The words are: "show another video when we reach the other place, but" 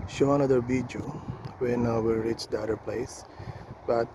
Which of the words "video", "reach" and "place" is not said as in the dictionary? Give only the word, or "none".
video